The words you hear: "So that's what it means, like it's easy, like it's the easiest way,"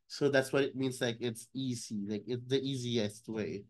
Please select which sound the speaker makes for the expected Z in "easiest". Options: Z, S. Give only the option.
Z